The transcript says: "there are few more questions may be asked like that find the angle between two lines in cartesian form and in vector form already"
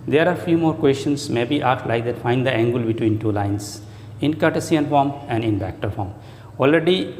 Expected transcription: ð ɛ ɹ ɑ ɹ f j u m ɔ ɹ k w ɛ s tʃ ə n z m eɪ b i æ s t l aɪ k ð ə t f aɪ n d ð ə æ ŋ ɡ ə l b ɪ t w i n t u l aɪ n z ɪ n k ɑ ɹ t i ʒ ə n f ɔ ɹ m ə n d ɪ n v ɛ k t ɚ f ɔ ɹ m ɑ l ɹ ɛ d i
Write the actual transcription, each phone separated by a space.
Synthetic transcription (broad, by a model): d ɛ ɹ ɑ ɹ f j u m ɔ ɹ k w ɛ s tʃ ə n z m eɪ b i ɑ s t l aɪ k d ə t f aɪ n d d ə æ ŋ ɡ ə l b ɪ t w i n t u l aɪ n s ɪ n k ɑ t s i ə n f ɔ ɹ m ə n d ɪ n b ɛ k t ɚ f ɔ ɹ m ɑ l ɹ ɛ d i